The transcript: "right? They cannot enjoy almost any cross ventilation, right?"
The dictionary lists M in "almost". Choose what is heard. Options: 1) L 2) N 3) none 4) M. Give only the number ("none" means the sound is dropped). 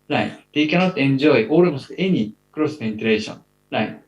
3